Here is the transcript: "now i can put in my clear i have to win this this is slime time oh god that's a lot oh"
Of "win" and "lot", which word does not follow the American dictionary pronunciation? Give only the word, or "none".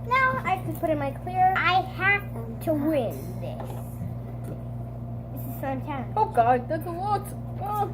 lot